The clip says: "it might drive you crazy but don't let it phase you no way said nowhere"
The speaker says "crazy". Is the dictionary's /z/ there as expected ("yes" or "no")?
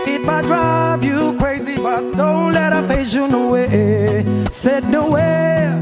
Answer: yes